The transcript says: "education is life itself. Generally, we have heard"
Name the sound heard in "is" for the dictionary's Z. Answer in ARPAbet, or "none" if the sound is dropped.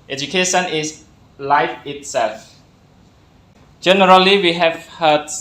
S